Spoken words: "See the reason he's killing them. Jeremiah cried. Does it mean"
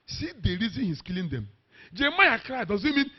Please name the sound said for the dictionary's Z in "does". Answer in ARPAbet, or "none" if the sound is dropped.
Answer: Z